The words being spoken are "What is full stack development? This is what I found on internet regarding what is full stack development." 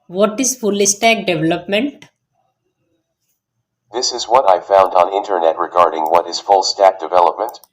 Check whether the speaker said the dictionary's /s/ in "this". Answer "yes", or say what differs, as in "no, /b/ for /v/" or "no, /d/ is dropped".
yes